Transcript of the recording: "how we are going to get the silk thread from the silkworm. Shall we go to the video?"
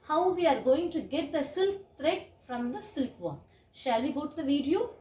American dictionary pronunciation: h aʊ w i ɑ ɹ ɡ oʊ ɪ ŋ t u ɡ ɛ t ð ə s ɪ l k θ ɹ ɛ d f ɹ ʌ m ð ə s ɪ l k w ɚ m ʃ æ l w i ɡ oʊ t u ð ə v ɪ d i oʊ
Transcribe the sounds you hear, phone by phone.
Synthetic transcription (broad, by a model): h aʊ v i ɑ ɹ ɡ oʊ ɪ ŋ t u ɡ ɛ t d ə s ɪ l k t ɹ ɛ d f ɹ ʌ m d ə s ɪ l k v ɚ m ʃ æ l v i ɡ oʊ t u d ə v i d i oʊ